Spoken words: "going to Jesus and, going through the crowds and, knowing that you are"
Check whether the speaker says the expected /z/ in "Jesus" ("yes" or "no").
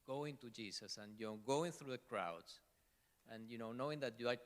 no